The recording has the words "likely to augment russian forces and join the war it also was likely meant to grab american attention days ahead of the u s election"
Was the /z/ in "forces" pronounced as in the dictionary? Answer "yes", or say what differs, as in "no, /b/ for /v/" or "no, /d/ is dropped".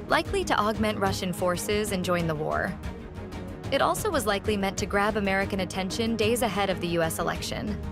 yes